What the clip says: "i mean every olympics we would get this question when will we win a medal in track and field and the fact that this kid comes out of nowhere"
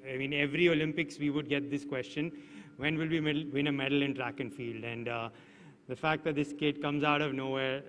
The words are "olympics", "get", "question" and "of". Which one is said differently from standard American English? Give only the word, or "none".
none